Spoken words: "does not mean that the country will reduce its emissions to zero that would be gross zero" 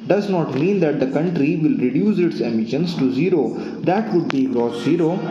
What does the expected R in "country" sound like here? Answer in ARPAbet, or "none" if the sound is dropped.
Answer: R